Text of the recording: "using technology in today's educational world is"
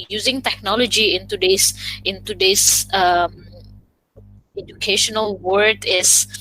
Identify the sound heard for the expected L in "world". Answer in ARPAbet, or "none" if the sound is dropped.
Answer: none